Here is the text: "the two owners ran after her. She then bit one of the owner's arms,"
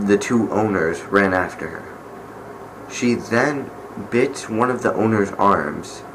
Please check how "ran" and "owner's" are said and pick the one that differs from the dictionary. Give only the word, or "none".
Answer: none